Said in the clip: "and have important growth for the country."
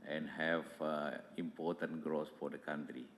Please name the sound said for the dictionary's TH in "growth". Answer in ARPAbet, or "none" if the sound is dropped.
S